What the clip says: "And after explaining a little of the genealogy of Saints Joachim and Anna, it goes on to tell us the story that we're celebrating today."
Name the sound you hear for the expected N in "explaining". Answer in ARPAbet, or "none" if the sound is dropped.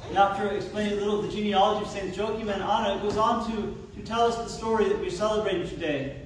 none